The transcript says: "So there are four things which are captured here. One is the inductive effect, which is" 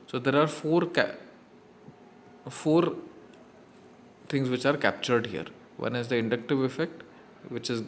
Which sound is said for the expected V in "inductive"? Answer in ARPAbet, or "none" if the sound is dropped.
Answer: V